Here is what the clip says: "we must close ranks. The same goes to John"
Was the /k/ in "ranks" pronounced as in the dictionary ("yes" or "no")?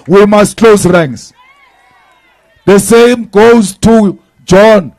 no